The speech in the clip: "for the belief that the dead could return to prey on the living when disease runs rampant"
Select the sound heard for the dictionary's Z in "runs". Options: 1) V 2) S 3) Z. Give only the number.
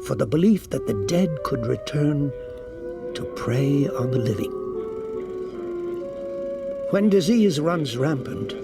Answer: 3